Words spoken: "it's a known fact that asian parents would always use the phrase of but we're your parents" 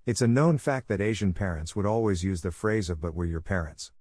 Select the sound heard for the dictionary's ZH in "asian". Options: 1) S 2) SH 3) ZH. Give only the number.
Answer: 3